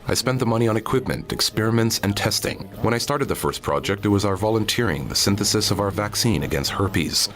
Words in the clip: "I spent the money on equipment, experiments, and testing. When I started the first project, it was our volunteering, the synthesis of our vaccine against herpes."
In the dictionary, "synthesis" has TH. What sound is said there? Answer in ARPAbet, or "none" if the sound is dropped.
TH